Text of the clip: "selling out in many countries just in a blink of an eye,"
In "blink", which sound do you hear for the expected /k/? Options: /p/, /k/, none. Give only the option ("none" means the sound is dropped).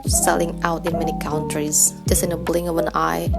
none